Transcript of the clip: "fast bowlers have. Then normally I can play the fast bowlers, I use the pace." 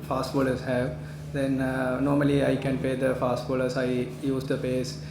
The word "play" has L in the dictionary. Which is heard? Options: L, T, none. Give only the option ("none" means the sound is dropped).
none